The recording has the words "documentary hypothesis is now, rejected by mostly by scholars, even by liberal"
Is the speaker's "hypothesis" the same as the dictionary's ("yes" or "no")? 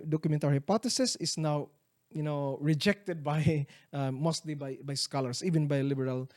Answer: no